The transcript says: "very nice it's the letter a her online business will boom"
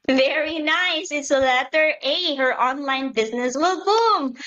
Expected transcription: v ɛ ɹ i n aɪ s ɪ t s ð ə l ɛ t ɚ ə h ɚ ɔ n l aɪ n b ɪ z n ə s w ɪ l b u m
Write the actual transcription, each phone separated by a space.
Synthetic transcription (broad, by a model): v ɛ ɹ i n aɪ s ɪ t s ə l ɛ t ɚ ə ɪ ɚ ɔ n l aɪ n b ɪ z n ə s w ɪ l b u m